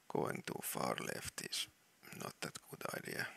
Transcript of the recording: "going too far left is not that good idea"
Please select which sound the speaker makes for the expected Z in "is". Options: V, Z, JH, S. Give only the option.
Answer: S